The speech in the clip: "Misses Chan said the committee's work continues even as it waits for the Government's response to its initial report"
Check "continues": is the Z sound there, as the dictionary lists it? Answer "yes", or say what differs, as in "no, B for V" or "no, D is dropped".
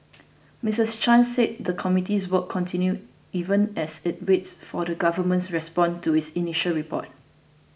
no, Z is dropped